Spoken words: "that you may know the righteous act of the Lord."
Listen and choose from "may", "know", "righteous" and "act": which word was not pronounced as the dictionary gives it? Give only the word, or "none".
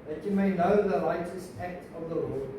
righteous